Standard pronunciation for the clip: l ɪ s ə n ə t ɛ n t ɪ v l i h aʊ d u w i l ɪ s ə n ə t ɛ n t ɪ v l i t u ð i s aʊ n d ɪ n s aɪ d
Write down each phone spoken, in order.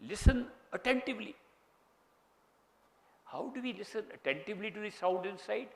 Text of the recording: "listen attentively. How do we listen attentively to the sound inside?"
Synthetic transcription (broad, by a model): l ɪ s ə n ə t ɛ n t ɪ v l i h aʊ d u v i l ɪ s ə n ə t ɛ n t ɪ v l i t u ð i s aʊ d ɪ n s aɪ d